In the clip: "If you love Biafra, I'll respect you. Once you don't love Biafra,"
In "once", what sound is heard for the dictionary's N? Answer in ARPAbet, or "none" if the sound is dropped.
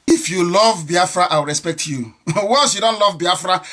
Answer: none